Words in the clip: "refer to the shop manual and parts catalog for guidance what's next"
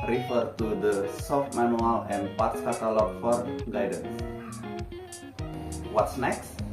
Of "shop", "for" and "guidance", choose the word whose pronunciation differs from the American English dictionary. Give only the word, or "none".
shop